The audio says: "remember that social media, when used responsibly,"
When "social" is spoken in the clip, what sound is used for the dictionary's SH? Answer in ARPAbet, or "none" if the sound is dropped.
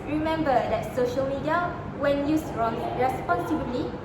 SH